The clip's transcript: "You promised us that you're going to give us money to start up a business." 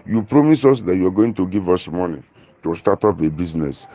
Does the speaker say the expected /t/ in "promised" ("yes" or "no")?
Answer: no